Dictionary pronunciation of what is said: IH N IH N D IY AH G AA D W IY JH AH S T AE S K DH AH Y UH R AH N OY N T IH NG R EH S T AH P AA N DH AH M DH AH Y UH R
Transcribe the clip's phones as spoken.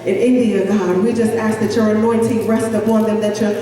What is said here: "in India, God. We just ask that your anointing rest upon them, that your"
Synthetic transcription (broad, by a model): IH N IH N D IY AH G AA D W IY JH AH S T AE S K DH AH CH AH R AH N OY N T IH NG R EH S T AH B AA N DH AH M DH AH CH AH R